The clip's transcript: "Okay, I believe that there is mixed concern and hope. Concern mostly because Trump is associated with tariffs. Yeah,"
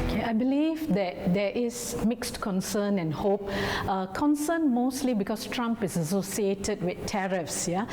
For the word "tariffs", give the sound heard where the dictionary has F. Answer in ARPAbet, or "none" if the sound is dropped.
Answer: F